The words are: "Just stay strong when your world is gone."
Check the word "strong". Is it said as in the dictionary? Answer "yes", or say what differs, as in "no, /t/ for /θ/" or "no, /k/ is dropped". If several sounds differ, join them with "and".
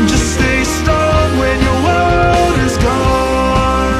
no, /ɹ/ is dropped